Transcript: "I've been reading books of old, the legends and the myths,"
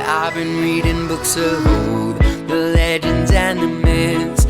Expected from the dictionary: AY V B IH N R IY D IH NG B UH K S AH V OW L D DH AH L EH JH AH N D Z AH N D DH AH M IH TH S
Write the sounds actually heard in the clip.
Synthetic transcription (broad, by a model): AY V B IH N R IY D IH NG B UH K S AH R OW D DH AH L EH JH AH N D Z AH N DH AH M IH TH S